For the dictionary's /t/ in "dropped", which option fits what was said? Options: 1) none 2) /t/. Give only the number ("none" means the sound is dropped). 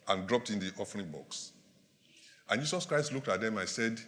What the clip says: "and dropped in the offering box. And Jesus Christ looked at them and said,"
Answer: 2